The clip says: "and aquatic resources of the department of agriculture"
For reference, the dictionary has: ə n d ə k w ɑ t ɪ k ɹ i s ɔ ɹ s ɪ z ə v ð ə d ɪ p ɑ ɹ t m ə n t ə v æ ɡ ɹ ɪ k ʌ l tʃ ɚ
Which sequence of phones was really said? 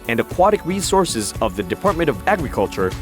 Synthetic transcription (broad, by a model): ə n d ə k w ɑ t ɪ k ɹ i s ɔ ɹ s ɪ z ə v ð ə d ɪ p ɑ ɹ t m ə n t ə v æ ɡ ɹ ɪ k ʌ l tʃ ɚ